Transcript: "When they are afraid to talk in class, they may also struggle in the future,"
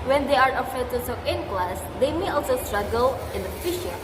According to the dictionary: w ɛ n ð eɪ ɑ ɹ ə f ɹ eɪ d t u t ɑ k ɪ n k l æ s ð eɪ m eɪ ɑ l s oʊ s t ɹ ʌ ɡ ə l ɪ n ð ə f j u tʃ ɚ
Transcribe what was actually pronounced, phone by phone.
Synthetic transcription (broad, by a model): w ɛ n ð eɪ ɑ ɹ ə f eɪ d t u s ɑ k ɪ n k l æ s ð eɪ m eɪ ɑ l s oʊ s t ɹ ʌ ɡ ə l ɪ n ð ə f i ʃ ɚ